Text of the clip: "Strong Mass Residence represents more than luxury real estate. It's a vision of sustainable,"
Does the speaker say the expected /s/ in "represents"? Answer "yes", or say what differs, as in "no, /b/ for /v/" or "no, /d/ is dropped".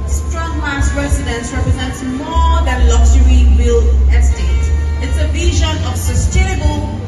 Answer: yes